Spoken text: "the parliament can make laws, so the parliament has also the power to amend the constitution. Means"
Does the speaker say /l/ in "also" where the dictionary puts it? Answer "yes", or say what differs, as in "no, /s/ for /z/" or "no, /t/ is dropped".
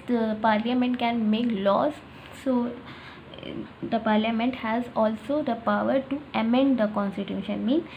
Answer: yes